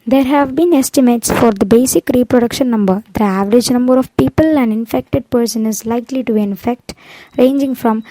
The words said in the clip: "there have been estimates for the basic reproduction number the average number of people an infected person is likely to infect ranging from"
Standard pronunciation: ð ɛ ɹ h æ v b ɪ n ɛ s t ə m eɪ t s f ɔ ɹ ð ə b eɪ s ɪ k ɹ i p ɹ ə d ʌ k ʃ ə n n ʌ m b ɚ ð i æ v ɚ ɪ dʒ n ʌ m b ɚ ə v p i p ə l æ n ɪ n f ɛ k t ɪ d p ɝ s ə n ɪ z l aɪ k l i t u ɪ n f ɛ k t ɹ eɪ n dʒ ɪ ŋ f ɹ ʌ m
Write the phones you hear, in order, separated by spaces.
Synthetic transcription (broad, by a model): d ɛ ɹ h æ v b ɪ n ɛ s t ə m eɪ t s f ɔ ɹ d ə b eɪ s ɪ k ɹ i p ɹ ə d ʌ k ʃ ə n n ʌ m b ɚ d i æ v ɚ ɪ dʒ n ʌ m b ɚ ə v p i p ə l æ n ɪ n f ɛ k t ɪ d p ɝ s ə n ɪ z l aɪ k l i t u ɪ n f ɛ k t ɹ eɪ n dʒ ɪ ŋ f ɹ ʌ m